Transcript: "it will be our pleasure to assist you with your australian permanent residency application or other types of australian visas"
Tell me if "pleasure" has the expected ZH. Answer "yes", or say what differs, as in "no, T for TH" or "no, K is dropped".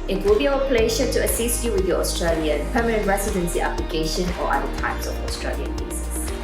no, SH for ZH